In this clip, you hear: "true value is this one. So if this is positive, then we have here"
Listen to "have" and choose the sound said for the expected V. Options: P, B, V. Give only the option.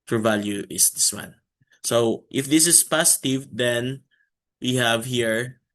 V